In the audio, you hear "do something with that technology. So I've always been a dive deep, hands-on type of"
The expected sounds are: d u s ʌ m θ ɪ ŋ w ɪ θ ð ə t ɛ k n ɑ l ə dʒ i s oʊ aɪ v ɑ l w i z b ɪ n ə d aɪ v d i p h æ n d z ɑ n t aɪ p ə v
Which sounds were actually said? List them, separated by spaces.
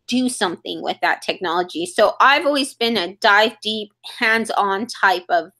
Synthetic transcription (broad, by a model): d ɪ s ʌ m θ ɪ ŋ w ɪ ð ə t ɛ k n ɑ l ə dʒ i s oʊ aɪ v ɑ l w i z b ɪ n ə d aɪ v d i p h æ n d z n t aɪ p ə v